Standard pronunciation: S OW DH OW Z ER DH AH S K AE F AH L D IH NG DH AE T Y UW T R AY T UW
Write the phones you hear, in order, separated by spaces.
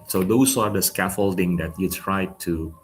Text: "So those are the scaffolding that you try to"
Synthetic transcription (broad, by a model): S OW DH OW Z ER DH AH S K AE F AH L D IH NG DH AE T Y UW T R AY T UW